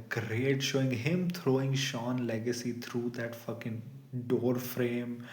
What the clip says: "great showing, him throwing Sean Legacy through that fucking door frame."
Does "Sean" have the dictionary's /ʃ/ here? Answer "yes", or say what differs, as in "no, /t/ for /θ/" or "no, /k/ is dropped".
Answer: yes